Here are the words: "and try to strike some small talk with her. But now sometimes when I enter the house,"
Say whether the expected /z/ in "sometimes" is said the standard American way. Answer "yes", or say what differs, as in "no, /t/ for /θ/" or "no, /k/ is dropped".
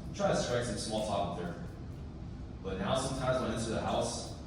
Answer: yes